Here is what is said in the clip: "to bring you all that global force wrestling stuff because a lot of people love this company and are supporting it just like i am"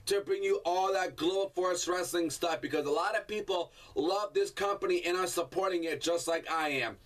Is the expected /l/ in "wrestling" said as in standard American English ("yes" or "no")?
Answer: yes